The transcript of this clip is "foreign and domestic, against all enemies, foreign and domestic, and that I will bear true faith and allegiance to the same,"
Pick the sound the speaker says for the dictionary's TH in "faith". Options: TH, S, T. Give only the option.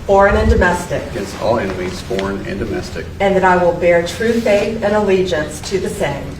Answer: TH